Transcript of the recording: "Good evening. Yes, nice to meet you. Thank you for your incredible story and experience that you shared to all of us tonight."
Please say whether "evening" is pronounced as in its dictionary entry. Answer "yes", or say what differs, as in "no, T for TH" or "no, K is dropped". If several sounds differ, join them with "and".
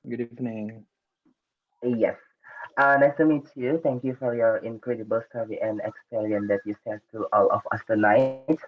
no, F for V